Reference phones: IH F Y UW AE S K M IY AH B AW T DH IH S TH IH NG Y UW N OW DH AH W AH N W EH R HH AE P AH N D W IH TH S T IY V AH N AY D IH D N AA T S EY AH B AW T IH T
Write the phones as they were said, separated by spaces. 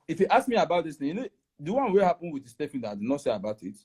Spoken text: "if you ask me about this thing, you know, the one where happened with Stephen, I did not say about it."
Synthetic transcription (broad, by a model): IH F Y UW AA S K M IY AH B AW T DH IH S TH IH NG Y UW N OW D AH W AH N W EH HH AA P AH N W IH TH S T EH F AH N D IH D N AA T S EY AH B AW T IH T